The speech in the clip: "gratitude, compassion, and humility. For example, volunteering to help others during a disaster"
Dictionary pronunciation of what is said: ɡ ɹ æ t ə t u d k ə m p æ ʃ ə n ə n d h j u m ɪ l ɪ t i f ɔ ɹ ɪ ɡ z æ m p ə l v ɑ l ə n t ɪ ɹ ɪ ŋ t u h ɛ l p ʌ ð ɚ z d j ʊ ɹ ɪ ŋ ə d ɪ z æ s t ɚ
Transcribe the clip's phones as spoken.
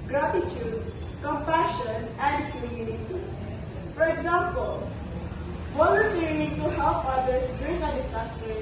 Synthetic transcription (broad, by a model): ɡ ɹ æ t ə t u d k ə m p æ ʃ ə n ə n d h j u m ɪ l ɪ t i f ɔ ɹ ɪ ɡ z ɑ m p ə l w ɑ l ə t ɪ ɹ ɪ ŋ t u h ɛ l p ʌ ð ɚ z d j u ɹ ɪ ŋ ə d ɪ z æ s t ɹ